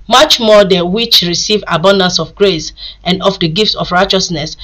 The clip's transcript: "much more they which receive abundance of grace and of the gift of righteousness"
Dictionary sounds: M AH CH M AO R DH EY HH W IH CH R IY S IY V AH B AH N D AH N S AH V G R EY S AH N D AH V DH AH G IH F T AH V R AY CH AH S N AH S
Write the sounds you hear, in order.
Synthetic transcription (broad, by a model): M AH CH M AO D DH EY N W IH CH R IY S IY V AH B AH N D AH N S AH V G R EY S AH N D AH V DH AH G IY F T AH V R AY CH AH S N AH S